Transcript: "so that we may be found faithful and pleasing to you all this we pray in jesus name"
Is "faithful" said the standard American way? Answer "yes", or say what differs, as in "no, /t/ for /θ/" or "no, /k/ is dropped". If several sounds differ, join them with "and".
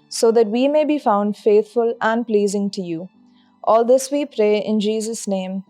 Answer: no, /t/ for /θ/